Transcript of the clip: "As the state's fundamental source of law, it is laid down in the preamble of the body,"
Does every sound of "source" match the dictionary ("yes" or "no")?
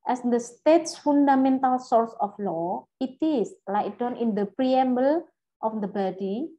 yes